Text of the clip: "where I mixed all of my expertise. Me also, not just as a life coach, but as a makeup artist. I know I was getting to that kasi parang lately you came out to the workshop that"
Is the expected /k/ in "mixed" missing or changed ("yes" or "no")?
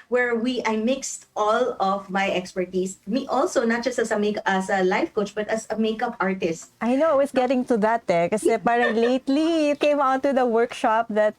no